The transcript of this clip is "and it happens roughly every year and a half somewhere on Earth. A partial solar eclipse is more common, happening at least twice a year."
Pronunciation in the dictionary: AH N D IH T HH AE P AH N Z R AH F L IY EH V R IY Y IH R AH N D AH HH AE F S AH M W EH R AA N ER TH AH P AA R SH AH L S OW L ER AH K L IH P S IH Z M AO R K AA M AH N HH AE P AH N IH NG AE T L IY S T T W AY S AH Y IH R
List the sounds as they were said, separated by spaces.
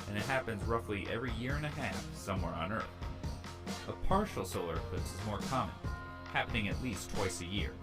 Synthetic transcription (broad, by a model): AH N IH T HH AE P AH N Z R AH F L IY EH V R IY Y IH R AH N AH HH AE F S AH M W EH R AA N ER TH AH P AA R SH L S OW L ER AH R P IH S IH Z M AO R K AA M AH N HH AE P AH N IH NG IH T L IY S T T W AY S AH Y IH R